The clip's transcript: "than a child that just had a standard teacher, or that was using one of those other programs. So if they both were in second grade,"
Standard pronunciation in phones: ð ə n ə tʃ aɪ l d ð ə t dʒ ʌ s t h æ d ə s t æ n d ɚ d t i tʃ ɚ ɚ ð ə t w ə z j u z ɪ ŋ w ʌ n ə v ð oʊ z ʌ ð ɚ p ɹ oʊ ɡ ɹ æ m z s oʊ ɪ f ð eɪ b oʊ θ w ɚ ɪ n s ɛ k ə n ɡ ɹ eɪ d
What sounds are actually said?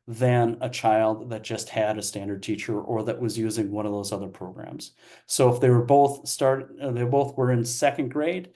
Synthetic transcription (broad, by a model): ð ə n ə tʃ aɪ l d ð ə t dʒ ʌ s t h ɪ d ə s t æ n d ɚ d t i tʃ ɚ ɚ ð ə t w ə z j u z ɪ ŋ w ʌ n ə v ð oʊ z ʌ ð ɚ p ɹ oʊ ɡ ɹ æ m z s oʊ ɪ f ð eɪ b oʊ θ w ɚ ɪ n s ɛ k ə n ɡ ɹ eɪ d